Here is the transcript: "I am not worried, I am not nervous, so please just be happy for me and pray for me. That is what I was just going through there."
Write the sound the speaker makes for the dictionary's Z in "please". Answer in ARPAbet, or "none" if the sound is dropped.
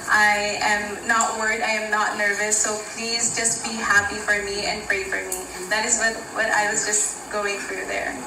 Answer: Z